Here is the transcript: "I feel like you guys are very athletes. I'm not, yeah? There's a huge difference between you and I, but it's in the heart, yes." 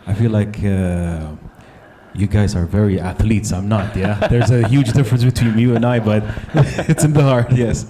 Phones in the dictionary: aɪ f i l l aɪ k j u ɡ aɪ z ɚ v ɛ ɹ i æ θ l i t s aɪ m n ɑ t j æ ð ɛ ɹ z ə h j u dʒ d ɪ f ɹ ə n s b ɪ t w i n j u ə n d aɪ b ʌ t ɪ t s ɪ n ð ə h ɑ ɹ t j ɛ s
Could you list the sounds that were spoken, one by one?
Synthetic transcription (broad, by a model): aɪ f i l l aɪ k j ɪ ɡ aɪ z ɚ v ɛ ɹ i æ θ l i t s aɪ m n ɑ t j æ ð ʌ ɹ z ə h j u dʒ d ɪ f ɹ ə n s b ɪ t w i n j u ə n aɪ b ʌ t ɪ t s ɪ n ð ə h ɑ ɹ t j ɛ s